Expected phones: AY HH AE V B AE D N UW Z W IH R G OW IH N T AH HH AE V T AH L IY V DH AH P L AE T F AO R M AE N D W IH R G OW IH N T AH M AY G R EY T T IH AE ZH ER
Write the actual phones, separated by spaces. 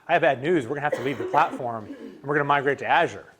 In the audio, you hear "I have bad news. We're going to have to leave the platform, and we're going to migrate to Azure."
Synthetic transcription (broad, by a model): AY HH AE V B AE D N UW Z W IH R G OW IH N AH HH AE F T AH L IY V DH AH P L AE T F AO R M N W IH R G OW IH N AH M AY G R EY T T IH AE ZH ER